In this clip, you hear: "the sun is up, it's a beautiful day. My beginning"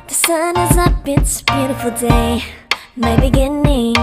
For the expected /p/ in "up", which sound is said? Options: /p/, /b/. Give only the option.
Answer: /b/